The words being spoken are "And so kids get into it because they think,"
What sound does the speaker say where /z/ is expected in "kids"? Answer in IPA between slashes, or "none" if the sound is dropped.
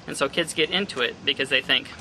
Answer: /z/